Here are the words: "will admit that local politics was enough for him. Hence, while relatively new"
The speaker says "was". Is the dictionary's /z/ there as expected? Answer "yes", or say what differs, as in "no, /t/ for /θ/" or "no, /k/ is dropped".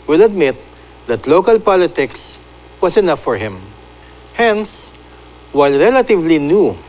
no, /s/ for /z/